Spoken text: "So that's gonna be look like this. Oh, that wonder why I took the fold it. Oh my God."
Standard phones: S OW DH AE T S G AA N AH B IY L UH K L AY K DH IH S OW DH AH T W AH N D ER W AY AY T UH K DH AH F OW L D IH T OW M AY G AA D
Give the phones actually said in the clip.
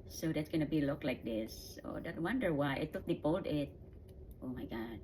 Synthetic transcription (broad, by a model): S OW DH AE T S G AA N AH B IY L UH K L AY K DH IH S OW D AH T W AH N D ER W AY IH T UH K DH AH P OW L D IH T OW M AY G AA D